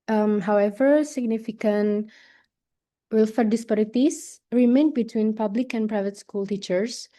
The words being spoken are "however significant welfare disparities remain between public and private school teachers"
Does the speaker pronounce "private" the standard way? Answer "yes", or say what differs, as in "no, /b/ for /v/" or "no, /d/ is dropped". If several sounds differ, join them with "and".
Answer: yes